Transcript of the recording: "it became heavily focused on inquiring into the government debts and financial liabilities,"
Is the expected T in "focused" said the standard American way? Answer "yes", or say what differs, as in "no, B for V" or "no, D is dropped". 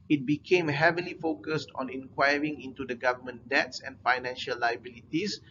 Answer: yes